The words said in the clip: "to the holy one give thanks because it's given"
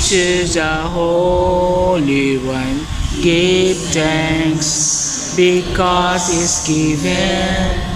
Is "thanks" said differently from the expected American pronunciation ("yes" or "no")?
yes